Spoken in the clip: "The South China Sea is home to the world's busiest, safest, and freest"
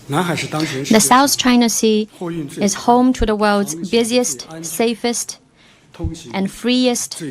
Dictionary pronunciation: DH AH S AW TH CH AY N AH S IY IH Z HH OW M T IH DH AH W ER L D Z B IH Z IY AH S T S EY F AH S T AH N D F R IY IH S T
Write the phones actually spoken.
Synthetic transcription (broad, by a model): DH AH S AW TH CH AY N AH S IY IH Z HH OW M T IH DH AH W ER L D Z B IH Z IY AH S T S EY F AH S T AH N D F R IY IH S T